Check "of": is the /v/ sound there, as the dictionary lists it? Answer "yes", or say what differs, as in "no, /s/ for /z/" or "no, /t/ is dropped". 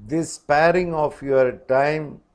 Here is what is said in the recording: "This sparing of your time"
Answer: no, /f/ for /v/